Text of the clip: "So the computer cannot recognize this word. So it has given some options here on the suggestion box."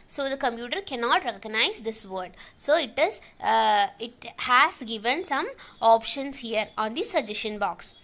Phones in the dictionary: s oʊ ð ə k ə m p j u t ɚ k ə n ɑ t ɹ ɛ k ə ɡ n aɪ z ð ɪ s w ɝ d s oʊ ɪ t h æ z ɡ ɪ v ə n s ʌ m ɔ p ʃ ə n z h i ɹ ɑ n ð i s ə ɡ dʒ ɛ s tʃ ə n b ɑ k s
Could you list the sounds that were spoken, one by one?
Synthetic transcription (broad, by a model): s oʊ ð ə k ə m p j u t ɚ k ə n ɑ t ɹ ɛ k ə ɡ n aɪ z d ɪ s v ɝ d s oʊ ɪ t h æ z ɡ ɪ v ə n s ʌ m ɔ p ʃ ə n s h i ɹ ɑ n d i s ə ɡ dʒ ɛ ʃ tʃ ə n b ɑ k s